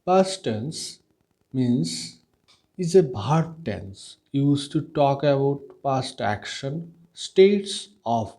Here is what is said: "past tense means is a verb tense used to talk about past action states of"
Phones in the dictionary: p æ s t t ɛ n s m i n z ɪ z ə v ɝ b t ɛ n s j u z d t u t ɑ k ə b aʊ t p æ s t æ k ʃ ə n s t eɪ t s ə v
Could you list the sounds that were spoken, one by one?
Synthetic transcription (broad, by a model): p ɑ s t t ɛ n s m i n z ɪ z ə b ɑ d t ɛ n s j u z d t u t ɑ k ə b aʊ t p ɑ s t æ k ʃ ə n s t eɪ t s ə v